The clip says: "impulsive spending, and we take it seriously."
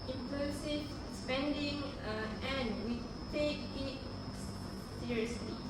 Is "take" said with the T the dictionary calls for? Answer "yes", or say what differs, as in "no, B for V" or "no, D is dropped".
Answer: yes